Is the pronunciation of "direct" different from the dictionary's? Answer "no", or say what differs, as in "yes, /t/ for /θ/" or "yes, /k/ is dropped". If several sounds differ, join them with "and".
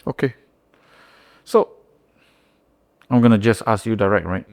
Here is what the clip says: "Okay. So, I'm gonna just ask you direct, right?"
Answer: no